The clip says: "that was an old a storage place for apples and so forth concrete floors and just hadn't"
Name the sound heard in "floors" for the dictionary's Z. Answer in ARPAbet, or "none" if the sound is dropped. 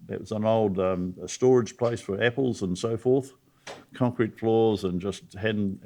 Z